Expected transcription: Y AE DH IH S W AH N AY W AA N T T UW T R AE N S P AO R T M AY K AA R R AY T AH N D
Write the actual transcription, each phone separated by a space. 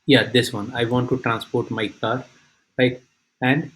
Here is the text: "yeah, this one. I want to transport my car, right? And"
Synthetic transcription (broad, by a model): Y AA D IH S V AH N AY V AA N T T UW T R AE N S P AO R T M AY K AA R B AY AH N D